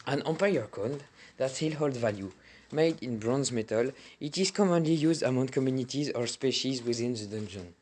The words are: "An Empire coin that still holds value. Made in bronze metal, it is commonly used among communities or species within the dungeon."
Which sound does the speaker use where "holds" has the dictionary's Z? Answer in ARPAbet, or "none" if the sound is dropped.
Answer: none